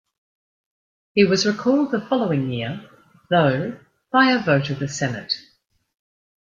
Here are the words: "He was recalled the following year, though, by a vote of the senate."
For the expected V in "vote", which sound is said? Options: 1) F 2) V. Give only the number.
2